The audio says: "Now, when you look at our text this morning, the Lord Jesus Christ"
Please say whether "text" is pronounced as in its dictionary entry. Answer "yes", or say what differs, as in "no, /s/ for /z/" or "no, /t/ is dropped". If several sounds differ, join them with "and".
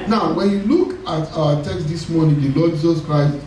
yes